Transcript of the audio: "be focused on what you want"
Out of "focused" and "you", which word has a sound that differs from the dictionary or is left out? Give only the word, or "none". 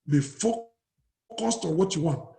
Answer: none